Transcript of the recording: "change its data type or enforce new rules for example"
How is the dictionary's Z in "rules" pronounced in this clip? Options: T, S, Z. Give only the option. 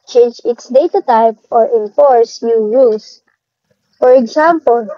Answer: S